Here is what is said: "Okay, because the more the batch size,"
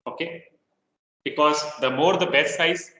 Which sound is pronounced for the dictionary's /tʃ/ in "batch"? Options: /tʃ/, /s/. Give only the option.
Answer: /s/